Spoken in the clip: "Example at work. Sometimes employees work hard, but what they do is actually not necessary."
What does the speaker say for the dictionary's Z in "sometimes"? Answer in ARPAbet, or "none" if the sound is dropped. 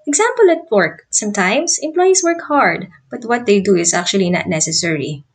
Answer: S